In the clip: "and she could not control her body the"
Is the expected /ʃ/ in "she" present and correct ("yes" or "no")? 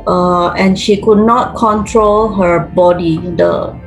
yes